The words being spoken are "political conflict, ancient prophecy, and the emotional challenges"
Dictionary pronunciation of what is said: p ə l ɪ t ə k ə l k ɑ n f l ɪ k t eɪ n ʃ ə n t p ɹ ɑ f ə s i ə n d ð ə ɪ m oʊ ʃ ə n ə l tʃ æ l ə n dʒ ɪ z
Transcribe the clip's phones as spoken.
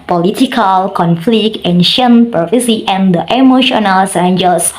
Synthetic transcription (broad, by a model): p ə l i t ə k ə l k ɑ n f l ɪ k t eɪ n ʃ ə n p ɑ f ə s i ə n d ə ɪ m oʊ ʃ ə n ə l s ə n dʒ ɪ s